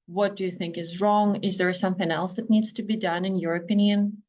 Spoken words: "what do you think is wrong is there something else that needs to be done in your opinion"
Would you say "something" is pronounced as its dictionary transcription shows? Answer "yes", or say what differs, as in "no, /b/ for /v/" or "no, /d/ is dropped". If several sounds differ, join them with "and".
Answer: yes